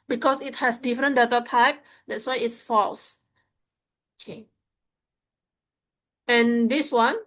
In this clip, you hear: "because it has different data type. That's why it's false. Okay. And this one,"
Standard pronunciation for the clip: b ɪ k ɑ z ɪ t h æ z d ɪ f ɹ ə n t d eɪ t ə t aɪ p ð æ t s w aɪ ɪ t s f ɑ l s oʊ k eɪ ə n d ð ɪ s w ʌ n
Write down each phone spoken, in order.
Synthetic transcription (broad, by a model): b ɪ k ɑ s ɪ t h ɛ s d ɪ f ɹ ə n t d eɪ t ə t aɪ p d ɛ t s w aɪ ɪ t s f ɑ l s oʊ k eɪ ə n d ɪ s w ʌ n